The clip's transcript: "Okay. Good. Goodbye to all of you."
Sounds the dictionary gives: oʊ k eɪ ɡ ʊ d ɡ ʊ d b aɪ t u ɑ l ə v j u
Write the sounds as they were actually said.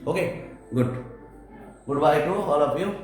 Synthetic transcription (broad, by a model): oʊ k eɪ ɡ ʊ d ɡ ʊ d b aɪ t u ɑ l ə p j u